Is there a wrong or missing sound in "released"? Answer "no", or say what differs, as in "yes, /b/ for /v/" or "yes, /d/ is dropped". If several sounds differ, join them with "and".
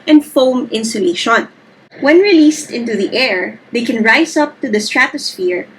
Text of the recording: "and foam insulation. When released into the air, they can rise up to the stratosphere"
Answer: no